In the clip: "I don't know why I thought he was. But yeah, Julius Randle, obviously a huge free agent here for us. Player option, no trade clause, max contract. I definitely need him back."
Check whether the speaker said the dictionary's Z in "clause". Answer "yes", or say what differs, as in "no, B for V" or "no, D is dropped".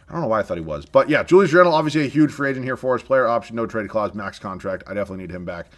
yes